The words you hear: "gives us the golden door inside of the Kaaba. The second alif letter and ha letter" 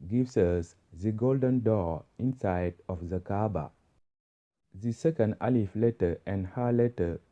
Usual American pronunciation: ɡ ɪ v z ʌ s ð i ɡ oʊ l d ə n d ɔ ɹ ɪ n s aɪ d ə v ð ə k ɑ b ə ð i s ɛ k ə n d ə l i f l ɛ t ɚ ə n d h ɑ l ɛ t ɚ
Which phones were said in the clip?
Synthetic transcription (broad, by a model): ɡ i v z ʌ s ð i ɡ oʊ l d ə n d ɔ ɪ n s aɪ d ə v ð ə k ɑ b ə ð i s ɛ k ə n d ə l i f l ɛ t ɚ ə n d h ɑ l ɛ t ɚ